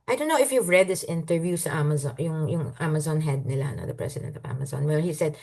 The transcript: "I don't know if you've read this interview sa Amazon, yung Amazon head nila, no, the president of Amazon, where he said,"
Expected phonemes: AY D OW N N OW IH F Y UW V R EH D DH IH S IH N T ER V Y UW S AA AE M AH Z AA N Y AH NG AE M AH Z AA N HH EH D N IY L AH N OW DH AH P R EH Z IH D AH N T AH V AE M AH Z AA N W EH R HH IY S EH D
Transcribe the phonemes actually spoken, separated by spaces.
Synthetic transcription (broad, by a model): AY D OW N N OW IH F Y UW V R EH D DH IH S IH N T ER V Y UW S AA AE M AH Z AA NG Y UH NG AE M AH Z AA N HH EH D N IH L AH N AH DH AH P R EH S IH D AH N T AH V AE M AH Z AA N W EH L HH IY S EH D